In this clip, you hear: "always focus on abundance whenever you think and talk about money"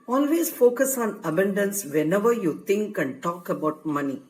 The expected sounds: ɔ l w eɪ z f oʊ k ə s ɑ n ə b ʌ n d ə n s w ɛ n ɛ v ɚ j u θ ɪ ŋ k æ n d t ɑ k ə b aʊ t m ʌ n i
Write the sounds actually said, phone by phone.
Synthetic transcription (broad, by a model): ɔ l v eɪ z f oʊ k ə s ɑ n ə b ʌ n d ə n s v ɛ n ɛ v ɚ j u t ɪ ŋ k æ n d t ɑ k ə b aʊ t m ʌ n i